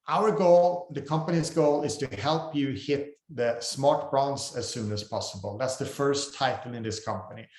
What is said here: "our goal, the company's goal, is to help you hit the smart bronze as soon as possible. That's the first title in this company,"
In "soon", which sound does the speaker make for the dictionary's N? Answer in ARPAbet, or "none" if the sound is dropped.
N